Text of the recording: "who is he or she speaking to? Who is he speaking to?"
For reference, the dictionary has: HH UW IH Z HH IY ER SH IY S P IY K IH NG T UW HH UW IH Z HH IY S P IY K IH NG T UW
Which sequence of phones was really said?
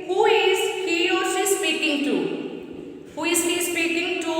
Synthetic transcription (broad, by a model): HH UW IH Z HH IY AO S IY S P IY K IH NG T UW HH UW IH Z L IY S P IY K IH NG T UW